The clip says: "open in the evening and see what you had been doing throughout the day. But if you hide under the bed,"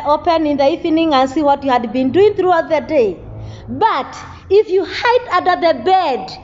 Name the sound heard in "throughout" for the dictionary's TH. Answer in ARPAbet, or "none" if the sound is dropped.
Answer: TH